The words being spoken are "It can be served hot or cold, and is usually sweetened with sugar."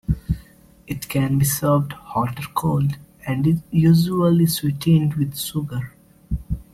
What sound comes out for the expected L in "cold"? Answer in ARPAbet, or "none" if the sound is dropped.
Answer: L